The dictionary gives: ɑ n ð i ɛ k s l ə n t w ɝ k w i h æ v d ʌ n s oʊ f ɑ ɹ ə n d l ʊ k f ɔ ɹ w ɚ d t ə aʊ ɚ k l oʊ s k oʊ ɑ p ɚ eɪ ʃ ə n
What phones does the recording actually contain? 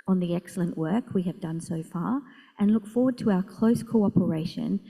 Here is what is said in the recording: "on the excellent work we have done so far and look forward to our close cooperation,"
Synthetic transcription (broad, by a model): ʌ n ð i ɛ k s l ə n t w ɝ k w i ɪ v d ʌ n s oʊ f ɑ ɹ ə n l ʊ k f ɔ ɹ w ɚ d t ə aʊ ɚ k l oʊ s k oʊ ɑ p ɚ eɪ ʃ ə n